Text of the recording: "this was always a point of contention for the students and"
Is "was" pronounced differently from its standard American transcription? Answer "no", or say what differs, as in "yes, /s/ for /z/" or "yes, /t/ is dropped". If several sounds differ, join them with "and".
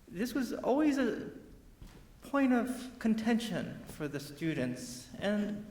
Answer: no